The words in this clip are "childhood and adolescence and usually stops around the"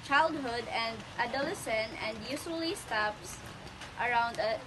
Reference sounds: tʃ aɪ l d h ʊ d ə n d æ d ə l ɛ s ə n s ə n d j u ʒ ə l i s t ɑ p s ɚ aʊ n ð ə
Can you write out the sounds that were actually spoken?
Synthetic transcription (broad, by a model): tʃ aɪ l d h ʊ d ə n d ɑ d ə l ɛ s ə n ə n d j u s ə l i s t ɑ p s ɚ aʊ n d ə